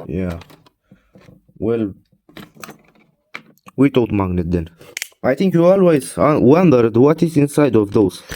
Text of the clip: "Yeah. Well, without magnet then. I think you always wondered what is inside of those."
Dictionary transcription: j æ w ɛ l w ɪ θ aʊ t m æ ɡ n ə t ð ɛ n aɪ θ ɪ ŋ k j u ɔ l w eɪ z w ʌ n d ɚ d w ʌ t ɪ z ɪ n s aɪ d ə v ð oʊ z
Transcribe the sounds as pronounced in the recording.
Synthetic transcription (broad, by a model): j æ w ɛ l w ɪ t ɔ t m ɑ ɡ n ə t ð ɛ n aɪ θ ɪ ŋ k j u ɔ l w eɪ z w ʌ n d ɚ d w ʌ t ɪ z ɪ n s aɪ d ə v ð oʊ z